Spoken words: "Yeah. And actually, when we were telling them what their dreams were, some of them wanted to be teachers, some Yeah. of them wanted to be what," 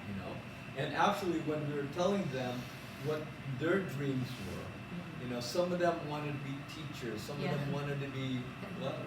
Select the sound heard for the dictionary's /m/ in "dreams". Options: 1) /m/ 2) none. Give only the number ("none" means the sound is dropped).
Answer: 1